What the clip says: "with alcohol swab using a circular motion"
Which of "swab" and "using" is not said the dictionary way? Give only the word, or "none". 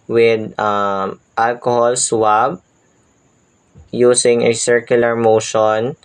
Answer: using